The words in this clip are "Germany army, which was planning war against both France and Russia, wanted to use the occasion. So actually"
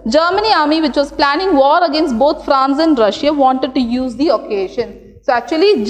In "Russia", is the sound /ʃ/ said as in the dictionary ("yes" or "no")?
yes